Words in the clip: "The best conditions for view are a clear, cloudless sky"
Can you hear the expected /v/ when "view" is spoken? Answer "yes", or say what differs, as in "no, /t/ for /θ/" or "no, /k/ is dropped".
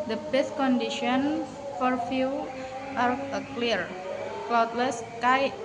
no, /f/ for /v/